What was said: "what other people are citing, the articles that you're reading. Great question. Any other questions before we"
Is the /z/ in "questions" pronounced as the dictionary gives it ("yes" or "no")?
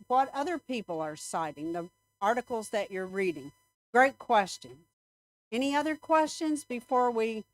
yes